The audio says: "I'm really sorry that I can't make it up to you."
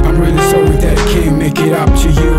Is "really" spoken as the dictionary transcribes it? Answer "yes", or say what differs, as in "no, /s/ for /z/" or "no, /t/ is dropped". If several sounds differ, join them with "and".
no, /n/ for /l/